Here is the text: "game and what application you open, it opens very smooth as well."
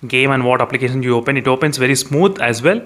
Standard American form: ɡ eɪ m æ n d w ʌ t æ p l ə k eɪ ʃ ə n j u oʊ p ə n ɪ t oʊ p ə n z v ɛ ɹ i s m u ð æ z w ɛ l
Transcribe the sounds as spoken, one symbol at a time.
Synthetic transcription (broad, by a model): ɡ eɪ m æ n d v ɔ t æ p l ə k eɪ ʃ ə n j u oʊ p ə n ɪ t oʊ p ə n s v ɛ ɹ i s m u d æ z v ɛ l